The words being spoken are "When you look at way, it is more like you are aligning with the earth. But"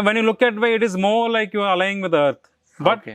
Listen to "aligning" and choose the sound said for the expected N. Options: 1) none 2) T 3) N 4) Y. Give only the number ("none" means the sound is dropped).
1